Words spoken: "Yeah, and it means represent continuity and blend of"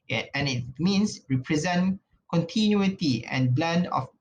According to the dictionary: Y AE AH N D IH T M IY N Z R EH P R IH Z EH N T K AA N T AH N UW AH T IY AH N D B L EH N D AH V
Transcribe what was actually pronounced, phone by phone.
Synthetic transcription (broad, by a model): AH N IH T M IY N S R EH P R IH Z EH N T K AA N T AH N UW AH T IY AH N B L EH N D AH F